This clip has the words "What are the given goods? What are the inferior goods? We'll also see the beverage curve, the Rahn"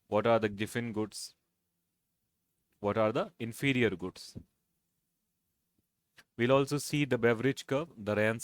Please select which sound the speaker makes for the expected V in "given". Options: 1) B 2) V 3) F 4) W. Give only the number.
3